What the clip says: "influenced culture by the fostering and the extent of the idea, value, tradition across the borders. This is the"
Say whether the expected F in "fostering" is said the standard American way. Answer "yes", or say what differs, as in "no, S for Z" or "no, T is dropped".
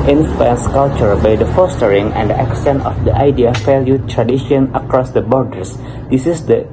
yes